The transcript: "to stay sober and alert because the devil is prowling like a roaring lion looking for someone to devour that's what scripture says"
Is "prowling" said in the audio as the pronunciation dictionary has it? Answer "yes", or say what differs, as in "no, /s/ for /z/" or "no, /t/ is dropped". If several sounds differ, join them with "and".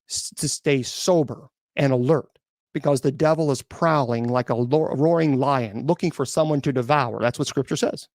yes